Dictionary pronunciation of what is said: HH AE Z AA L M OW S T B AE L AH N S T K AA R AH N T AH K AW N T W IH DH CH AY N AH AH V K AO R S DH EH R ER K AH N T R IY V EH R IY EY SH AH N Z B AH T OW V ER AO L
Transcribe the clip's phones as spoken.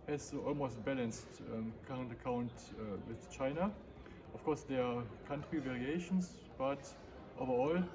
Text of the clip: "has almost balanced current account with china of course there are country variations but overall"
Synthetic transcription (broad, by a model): HH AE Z AA L M OW S T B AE L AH N S T K AA R AH N T AH K AW N T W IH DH CH AY N AH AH F K AO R S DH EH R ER K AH N T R IY V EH R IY EY SH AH N S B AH T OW V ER AO L